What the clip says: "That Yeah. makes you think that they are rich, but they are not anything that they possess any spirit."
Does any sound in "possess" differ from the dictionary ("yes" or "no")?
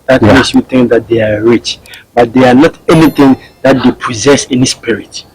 no